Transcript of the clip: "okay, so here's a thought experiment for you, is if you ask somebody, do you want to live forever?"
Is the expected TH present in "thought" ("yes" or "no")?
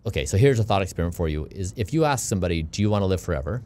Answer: yes